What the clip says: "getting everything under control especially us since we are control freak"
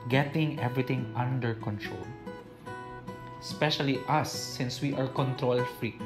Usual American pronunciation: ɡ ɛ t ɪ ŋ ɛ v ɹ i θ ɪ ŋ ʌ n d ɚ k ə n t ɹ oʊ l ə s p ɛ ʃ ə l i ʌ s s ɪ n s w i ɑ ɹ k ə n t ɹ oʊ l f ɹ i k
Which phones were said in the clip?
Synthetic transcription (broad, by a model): ɡ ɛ t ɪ ŋ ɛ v ɹ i t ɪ ŋ ʌ n d ɚ k ə n t ɹ oʊ l s p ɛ ʃ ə l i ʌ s s ɪ n s w i ɑ ɹ k ə n t ɹ oʊ l f ɹ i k